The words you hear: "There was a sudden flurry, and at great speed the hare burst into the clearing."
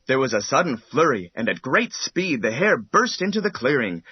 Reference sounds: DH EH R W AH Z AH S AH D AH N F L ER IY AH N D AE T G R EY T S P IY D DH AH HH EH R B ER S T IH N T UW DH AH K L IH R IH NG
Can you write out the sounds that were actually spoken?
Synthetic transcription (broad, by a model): DH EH R W AH Z AH S AH D N F L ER IY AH N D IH T G R EY T S P IY D DH AH HH EH R B ER S T IH N T UW DH AH K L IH R IH NG